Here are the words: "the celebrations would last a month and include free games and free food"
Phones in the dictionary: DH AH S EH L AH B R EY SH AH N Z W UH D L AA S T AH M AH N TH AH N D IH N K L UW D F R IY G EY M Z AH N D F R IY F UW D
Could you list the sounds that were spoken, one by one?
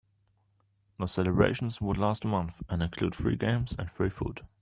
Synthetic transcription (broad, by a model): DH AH S EH L AH B R EY SH AH N Z W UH D L AA S T AH M AH N TH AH N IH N K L UW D F R IY G EY M Z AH N F R IY F UW D